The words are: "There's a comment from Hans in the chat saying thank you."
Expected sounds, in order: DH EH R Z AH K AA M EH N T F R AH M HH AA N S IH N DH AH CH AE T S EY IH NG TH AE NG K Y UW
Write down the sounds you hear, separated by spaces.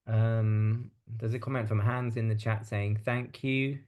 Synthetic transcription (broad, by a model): DH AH Z AH K AA M EH N T F R AH M HH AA N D IH N DH AH CH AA T S EY IH NG TH AE NG K Y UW